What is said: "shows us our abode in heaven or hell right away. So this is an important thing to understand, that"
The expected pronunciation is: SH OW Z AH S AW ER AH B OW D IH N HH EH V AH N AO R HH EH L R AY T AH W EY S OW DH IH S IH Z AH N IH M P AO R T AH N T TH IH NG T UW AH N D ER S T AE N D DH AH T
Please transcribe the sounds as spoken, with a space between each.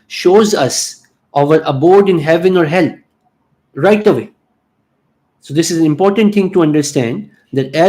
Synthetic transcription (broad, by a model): SH OW Z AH S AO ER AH B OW D IH N HH EH V AH N AO R HH EH L R AY T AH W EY S OW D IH S IH Z AH N IH M P AO R T AH N T T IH NG T UW AH N D ER S T AE N D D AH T